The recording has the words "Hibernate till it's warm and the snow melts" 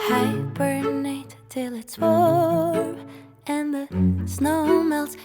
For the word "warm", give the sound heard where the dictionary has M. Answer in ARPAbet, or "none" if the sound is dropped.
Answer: none